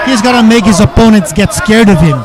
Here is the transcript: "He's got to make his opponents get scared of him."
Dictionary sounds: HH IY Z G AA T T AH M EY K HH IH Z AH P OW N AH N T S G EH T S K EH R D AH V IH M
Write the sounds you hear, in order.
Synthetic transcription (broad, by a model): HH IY Z G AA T T AH M EY K HH IH Z AH P OW N AH N T S G EH T S K EH R D AH V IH M